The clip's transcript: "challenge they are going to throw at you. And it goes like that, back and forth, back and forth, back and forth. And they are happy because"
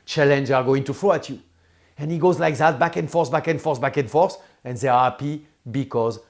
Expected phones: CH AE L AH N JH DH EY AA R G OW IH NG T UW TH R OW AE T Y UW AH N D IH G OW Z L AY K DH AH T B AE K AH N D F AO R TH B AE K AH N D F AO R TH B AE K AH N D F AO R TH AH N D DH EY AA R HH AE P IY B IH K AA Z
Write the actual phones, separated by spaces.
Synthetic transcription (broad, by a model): CH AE L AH N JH AA R G OW IH NG T UW F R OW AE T Y UW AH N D IH G OW Z L AY K DH AH T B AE K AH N F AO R S B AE K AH N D F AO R S B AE K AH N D F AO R S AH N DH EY AA R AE P IY B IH K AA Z